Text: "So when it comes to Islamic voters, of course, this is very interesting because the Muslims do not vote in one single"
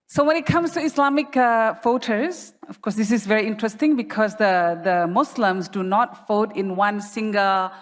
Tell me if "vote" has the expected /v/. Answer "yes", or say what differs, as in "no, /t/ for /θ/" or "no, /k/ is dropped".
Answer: no, /f/ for /v/